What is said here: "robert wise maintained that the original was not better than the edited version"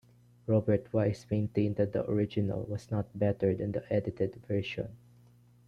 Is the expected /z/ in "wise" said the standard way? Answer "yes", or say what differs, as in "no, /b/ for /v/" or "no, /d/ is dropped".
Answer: no, /s/ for /z/